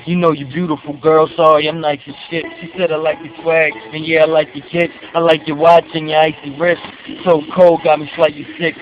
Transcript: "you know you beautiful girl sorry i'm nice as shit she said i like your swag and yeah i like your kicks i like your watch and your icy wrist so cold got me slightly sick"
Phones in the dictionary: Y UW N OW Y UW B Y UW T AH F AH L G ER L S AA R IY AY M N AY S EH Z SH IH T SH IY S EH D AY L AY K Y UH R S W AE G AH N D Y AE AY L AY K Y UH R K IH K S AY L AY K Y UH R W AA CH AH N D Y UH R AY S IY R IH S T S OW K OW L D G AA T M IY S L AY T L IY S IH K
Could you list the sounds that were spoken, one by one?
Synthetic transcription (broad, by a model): Y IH N OW Y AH B Y UW T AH F L G ER L S AA R IY AY M L AY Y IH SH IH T SH IY S EH D AY L AY K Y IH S W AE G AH N Y AE AY L AY K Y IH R K IH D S AY L AY K Y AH R W AA CH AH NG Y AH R AY S IY R IH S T S OW K OW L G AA M IY SH L AY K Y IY S IH K